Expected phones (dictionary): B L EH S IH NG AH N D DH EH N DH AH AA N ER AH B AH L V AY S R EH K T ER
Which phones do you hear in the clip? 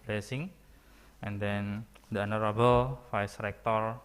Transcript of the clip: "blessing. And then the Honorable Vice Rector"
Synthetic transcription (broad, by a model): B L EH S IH NG AH N D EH N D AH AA N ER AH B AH L F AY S R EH K T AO